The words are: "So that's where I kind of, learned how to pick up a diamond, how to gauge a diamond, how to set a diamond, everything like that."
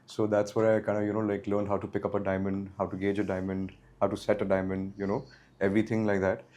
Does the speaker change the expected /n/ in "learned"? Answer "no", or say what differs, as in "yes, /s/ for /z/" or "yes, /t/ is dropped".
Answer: yes, /l/ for /n/